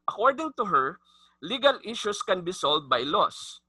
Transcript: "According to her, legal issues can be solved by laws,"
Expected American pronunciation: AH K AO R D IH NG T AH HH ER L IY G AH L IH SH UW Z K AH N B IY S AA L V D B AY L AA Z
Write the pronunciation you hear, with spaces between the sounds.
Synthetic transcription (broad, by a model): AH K AO R D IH NG T AH HH ER L IY G AH L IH SH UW S K AH N B IY S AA L D B AY L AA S